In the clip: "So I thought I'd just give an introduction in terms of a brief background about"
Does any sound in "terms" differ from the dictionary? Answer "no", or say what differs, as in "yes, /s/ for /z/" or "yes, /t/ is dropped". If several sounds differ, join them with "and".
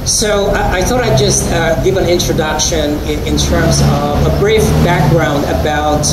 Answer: no